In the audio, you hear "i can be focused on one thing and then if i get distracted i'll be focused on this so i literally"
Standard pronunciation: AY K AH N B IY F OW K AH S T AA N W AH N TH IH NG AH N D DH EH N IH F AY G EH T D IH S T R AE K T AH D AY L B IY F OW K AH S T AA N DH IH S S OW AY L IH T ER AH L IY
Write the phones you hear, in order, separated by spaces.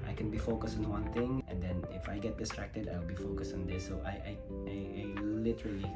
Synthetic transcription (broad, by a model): AY K AH N B IY F OW K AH S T AA N W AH N T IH NG AH N D EH N IH F AY G EH T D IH S T R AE K T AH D AY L B IY F OW K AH S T AA N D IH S S OW AY L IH T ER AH L IY